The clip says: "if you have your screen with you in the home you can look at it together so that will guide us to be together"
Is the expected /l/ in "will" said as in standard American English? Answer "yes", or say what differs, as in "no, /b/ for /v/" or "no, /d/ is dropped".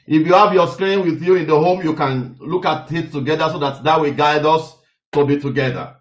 no, /w/ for /l/